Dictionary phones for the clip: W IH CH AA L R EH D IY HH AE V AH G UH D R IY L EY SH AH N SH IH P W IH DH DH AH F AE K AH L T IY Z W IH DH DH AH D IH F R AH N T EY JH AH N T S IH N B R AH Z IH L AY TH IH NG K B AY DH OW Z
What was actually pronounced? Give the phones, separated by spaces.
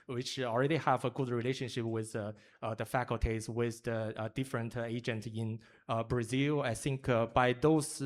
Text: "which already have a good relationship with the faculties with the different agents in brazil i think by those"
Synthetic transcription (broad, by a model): W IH CH AA L R EH D IY HH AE V AH G UH D R IY L EY SH AH N SH IH P W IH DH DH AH F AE K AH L T IY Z W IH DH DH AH D IH F R AH N T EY JH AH N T IH N B R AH Z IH L AY TH IH NG K B AY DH OW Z